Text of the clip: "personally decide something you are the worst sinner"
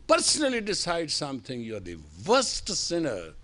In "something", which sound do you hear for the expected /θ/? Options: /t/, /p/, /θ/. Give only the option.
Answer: /t/